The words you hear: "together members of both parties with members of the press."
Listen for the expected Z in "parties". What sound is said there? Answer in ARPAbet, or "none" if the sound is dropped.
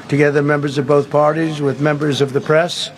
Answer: Z